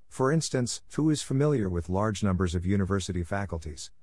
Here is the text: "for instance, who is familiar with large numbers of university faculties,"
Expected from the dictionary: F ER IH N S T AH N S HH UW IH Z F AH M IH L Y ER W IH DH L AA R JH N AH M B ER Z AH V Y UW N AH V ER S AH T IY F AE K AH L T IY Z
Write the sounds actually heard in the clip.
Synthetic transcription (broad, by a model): F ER IH N S T AH N S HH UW IH Z F AH M IH L Y ER W IH DH L AA R JH N AH M B ER Z AH V Y UW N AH V ER S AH T IY F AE K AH L T IY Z